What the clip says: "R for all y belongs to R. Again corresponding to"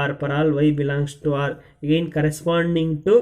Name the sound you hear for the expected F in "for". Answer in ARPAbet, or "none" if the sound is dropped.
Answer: P